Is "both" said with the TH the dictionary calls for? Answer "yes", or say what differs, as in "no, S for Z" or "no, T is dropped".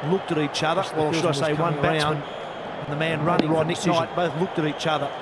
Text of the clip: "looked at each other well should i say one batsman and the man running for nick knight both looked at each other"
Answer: yes